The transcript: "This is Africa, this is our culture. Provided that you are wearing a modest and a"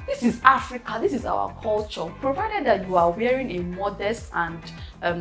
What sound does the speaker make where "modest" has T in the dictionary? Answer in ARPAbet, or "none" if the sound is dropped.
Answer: T